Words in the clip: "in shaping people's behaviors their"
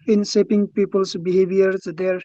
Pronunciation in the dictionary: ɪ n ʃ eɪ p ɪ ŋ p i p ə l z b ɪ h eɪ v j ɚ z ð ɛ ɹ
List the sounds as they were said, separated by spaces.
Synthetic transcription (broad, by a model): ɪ n s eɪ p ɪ ŋ p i p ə l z b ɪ h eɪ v j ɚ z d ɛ ɹ